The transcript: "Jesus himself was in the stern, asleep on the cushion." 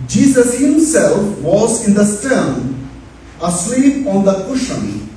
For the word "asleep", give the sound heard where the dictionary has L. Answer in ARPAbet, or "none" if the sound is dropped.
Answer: W